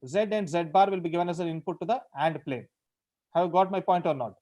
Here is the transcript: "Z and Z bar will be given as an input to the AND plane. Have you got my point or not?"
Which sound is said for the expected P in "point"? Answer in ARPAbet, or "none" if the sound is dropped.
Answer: P